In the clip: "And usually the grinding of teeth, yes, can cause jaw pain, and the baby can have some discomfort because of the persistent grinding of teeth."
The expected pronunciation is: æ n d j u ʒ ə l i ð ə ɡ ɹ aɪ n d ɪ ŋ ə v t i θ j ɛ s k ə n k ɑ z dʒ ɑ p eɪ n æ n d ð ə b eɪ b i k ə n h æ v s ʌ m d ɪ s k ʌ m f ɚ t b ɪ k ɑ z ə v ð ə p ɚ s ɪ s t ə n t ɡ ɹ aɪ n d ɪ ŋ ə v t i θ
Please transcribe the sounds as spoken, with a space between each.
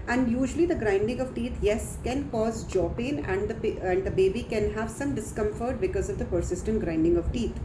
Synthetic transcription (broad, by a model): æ n d j u ʒ ə l i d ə ɡ ɹ aɪ n d ɪ ŋ ə v t i t j ɛ s k ə n k ɑ z dʒ ɑ p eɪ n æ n d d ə b eɪ b i k ə n h æ v s ʌ m d ɪ s k ʌ m f ɚ t b ɪ k ɑ z ə v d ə p ɚ s ɪ s t ə n t ɡ ɹ aɪ n d ɪ ŋ ə v t i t